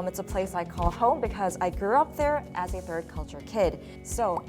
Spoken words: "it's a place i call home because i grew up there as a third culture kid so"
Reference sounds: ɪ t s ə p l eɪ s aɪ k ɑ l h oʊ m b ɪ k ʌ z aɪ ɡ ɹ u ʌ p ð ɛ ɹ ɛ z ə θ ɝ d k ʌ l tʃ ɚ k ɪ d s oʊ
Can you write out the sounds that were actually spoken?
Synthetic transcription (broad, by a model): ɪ t s ə p l eɪ s aɪ k ɑ l h oʊ m b ɪ k ʌ z aɪ ɡ ɹ u ʌ p ð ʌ ɹ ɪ z ə θ ɝ d k ʌ l tʃ ɚ k ɪ d s oʊ